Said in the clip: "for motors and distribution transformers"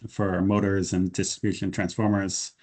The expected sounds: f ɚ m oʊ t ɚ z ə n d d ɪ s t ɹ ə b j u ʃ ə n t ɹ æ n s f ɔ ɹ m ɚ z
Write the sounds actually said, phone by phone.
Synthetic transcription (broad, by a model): f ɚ m oʊ t ɚ z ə n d d ɪ s t ɹ ə b j u ʃ ə n t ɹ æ n s f ɔ ɹ m ɚ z